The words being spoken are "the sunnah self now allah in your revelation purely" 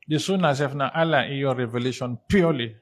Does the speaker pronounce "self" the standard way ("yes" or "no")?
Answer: no